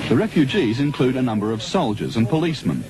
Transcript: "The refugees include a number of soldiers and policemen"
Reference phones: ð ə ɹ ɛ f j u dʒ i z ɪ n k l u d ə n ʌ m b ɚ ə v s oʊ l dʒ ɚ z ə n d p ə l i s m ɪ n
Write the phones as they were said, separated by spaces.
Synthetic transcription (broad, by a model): ð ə ɹ ɛ f j u dʒ i z ɪ n k l u d ə n ʌ m b ɚ ə v s oʊ l dʒ ɚ z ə n p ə l i s m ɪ n